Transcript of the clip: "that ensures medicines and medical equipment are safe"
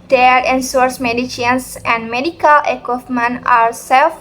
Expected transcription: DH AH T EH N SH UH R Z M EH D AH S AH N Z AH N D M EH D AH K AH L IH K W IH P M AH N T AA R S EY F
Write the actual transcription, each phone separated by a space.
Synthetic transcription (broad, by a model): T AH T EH N S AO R S M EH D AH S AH N S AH N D M EH D AH K AH L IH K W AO F M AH N AA R S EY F